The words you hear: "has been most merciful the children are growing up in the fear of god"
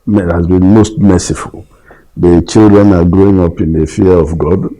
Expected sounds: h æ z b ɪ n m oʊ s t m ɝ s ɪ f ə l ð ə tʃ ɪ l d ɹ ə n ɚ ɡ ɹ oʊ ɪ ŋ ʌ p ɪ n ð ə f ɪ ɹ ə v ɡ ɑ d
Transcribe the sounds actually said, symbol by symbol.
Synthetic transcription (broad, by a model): h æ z b ɪ n m oʊ s t m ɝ s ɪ f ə l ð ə tʃ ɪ l d ɹ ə n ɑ ɡ ɹ oʊ ɪ ŋ ʌ p ɪ n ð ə f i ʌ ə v ɡ ɑ d